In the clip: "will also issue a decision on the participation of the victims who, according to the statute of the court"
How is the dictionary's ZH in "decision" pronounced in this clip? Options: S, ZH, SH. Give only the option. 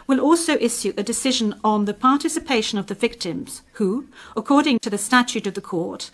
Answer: ZH